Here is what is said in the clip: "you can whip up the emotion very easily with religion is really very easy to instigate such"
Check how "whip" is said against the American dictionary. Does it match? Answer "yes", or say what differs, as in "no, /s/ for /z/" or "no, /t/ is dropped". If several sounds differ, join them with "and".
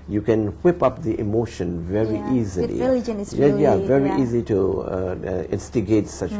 yes